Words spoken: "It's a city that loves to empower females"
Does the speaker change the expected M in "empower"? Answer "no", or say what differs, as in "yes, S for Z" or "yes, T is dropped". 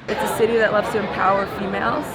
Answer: no